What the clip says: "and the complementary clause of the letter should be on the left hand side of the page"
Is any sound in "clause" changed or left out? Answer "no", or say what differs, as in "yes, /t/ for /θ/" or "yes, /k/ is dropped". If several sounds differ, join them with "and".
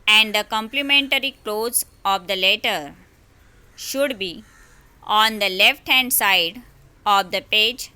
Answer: no